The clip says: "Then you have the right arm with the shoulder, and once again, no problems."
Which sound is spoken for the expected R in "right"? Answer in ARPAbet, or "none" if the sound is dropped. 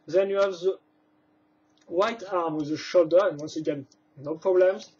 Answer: W